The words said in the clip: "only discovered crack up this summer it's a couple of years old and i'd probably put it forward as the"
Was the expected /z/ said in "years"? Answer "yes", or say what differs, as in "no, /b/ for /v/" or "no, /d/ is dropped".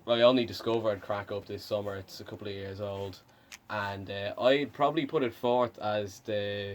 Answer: yes